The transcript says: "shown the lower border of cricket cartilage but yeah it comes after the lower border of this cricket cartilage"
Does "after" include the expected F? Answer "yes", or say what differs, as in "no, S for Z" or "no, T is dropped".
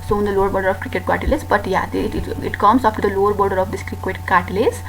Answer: no, P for F